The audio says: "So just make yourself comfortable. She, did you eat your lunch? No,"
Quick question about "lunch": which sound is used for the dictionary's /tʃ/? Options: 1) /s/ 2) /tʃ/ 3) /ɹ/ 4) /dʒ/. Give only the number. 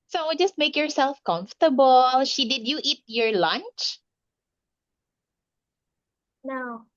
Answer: 2